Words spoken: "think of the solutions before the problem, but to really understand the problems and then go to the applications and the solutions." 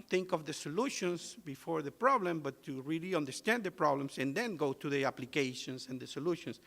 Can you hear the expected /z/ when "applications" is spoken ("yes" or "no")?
no